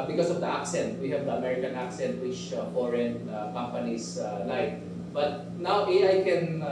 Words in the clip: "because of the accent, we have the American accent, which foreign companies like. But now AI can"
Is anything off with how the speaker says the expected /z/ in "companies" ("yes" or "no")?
yes